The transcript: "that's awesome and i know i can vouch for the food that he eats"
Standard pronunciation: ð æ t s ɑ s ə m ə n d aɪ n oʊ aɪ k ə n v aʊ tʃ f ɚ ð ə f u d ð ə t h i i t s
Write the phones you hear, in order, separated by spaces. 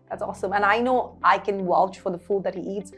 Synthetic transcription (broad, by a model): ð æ t s ɑ s ə m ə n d aɪ n oʊ aɪ k ə n w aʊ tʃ f ɚ ð ə f u d ð ə t h i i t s